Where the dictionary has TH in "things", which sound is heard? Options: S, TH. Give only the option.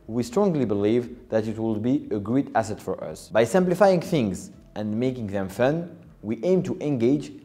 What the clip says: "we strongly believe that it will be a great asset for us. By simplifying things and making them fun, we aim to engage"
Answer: TH